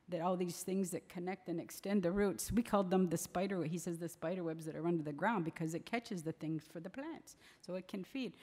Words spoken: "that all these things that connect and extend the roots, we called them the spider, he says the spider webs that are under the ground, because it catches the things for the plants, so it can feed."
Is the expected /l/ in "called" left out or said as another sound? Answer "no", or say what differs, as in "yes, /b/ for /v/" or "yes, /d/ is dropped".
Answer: no